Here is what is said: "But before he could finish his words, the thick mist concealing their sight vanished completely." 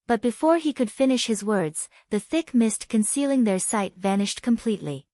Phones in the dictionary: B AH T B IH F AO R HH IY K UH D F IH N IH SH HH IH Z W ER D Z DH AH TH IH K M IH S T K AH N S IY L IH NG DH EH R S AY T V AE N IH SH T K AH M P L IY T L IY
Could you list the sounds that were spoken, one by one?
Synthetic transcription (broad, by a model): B AH T B IH F AO R IY K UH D F IH N IH SH HH IH Z W ER D Z DH AH TH IH K M IH S T K AH N S IY L IH NG DH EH R S AY T V AE N IH SH T K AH M P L IY T L IY